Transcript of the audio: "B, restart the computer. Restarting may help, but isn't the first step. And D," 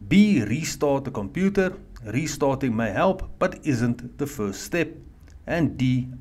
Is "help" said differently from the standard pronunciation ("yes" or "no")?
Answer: no